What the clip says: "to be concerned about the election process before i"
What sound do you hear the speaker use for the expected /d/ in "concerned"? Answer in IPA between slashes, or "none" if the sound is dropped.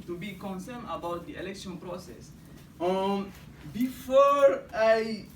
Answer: none